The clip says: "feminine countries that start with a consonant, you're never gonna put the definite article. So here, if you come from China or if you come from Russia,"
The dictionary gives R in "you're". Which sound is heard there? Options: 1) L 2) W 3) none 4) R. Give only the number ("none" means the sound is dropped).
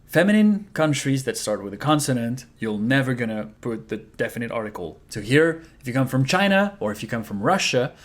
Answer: 1